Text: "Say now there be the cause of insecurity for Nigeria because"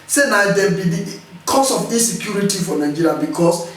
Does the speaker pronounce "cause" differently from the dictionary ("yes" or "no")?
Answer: yes